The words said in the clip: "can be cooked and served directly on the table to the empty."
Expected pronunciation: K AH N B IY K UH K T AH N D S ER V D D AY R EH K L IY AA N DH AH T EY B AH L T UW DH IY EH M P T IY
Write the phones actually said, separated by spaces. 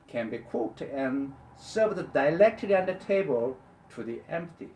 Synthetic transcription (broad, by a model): K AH N B IY K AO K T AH N S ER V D D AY L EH K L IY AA N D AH T EY B AH L T UW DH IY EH M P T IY